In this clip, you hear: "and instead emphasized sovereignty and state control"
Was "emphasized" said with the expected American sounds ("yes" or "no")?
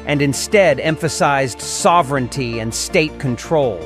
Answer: yes